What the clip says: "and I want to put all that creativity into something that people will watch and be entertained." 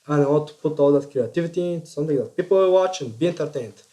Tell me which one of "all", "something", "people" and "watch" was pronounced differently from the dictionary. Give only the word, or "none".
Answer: something